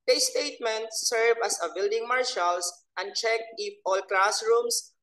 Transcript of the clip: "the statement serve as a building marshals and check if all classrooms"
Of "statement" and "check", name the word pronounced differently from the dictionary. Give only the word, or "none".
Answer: none